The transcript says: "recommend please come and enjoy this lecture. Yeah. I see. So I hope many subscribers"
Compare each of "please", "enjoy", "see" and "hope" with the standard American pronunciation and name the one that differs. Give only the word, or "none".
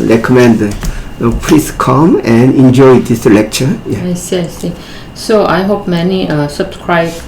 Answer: please